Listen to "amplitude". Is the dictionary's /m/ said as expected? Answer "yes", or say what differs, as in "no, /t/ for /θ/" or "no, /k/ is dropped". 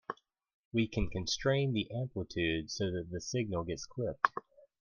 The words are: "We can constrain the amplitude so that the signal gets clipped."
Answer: yes